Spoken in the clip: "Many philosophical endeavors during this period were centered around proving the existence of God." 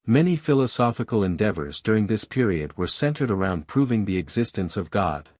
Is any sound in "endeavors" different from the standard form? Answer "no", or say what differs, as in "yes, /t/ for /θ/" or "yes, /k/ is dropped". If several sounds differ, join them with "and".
no